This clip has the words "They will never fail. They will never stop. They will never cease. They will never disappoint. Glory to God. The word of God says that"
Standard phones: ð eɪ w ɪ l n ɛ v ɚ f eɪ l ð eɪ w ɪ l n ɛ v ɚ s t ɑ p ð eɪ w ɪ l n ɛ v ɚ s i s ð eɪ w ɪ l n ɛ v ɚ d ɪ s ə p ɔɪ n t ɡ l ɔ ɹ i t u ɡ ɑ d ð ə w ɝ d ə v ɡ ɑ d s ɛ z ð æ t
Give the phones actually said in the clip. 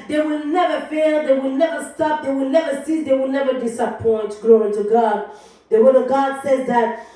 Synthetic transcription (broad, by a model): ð eɪ w ɪ l n ɛ v ɚ f eɪ l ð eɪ w ɪ l n ɛ v ɚ s t ɑ p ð eɪ w ɪ l n ɛ v ɚ s i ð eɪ w ɪ l n ɛ v ɚ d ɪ s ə p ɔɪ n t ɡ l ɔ i t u ɡ ɑ d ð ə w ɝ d ə v ɡ ɑ d s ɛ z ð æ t